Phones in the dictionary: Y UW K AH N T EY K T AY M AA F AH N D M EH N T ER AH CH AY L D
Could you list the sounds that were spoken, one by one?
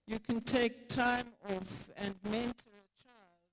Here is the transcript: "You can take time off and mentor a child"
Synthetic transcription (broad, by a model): Y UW K AH N T EY K T AY M AA F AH N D M EH N T ER AH CH AY L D